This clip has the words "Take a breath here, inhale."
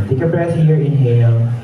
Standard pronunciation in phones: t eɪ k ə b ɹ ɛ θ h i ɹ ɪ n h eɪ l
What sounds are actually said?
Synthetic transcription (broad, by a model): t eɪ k ə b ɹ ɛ s h i ɹ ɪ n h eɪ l